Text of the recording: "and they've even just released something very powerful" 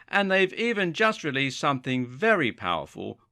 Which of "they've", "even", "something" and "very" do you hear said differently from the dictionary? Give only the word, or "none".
none